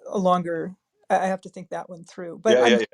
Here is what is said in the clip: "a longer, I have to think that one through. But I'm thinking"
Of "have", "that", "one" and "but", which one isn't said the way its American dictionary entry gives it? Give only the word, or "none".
have